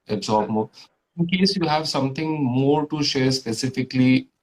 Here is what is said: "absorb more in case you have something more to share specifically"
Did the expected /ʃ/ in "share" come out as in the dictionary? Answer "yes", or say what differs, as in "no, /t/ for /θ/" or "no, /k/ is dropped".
yes